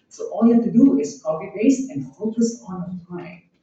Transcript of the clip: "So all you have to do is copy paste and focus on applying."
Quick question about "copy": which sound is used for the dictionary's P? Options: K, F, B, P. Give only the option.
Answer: B